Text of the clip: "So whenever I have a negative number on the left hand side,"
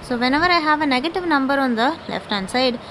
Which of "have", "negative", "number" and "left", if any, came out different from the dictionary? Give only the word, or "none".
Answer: none